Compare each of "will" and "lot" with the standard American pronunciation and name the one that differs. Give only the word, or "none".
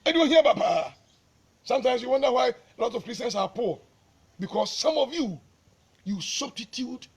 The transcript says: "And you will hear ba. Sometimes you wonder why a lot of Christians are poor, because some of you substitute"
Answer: will